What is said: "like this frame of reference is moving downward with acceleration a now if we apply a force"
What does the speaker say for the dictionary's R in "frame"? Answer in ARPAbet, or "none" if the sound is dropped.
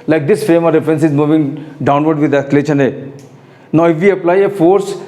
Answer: none